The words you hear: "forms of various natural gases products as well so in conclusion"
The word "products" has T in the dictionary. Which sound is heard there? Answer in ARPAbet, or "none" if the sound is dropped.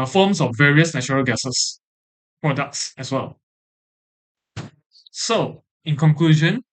T